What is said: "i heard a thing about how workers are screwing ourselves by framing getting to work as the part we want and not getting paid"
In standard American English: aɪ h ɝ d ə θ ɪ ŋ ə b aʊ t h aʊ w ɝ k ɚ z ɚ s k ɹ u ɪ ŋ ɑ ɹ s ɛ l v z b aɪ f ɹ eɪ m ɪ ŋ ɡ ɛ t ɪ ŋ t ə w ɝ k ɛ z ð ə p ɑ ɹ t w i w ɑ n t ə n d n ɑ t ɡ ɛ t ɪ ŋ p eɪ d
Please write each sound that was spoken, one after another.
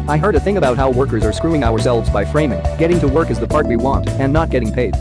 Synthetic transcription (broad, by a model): aɪ h ɝ d ə θ ɪ ŋ ə b aʊ t h aʊ w ɝ k ɚ z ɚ s k ɹ u ɪ ŋ ɑ ɹ s ɛ l v z b aɪ f ɹ eɪ m ɪ ŋ ɡ ɛ t ɪ ŋ t ə w ɝ k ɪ z ð ə p ɑ ɹ t w i w ɑ n t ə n n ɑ t ɡ ɛ t ɪ ŋ p eɪ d